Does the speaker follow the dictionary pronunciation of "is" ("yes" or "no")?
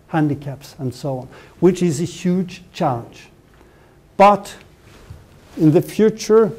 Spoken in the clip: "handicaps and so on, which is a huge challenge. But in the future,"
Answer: yes